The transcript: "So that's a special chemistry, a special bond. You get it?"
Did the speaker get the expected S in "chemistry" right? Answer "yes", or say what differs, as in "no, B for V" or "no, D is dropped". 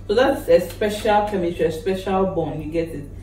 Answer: no, S is dropped